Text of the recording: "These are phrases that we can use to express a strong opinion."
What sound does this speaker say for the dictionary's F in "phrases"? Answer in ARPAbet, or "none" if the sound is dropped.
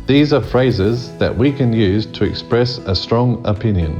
F